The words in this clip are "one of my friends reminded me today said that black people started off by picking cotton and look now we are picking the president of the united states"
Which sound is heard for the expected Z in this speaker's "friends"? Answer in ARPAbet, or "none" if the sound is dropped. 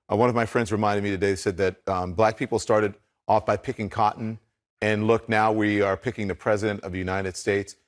Z